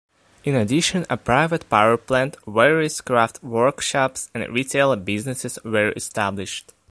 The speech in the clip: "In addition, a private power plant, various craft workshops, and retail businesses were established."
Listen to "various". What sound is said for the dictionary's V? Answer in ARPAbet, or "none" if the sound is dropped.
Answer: W